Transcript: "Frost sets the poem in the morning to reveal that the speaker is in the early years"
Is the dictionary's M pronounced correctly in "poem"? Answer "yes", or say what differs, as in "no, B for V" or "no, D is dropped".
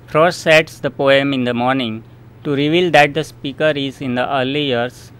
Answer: yes